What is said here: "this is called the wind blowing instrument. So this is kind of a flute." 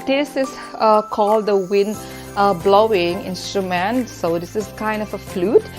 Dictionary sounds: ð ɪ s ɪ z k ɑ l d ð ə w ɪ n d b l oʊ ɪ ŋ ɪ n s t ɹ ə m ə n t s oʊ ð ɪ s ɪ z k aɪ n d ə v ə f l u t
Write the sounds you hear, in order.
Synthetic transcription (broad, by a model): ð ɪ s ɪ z k ɑ l d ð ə w ɪ n d b l oʊ ɪ ŋ ɪ n s t ɹ ə m ə n t s oʊ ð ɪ s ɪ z k aɪ n d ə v ə f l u t